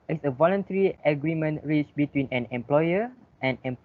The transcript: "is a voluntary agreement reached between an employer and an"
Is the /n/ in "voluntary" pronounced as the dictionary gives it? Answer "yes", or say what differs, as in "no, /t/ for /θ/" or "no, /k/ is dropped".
yes